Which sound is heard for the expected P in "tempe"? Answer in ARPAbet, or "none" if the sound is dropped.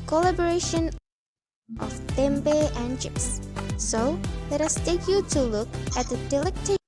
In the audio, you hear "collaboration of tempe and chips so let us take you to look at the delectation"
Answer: B